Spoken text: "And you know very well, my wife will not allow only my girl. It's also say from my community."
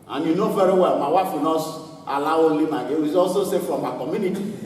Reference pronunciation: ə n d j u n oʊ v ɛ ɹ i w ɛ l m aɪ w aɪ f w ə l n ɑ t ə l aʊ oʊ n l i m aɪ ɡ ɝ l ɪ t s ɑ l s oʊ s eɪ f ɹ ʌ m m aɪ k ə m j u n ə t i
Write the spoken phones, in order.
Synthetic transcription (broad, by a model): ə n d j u n oʊ v ɛ ɹ i w ɛ l m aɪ w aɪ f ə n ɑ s ə l aʊ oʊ l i m aɪ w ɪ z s ɑ l s oʊ s eɪ f ɹ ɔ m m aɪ k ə m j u n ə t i